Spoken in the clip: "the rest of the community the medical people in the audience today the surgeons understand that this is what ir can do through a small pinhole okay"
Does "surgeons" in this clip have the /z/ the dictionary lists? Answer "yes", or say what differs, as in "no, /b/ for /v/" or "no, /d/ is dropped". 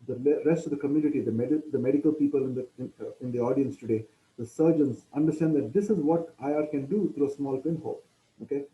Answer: no, /s/ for /z/